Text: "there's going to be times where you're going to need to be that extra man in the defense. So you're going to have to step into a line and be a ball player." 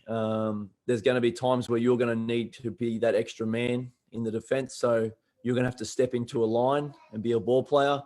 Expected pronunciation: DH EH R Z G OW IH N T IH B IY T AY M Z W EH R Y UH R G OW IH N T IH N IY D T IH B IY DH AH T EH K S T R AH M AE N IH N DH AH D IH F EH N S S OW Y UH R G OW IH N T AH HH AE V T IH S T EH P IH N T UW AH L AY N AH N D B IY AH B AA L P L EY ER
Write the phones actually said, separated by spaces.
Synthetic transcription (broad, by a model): DH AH R Z G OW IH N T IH B IY T AY M Z W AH R Y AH R G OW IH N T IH N IY D T IH B IY DH AH T EH K S T R AH M AE N IH N DH AH D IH F EH N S S OW Y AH R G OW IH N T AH HH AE F T IH S T EH P IH N T UW AH L AY N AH N B IY AH B AA L P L EY ER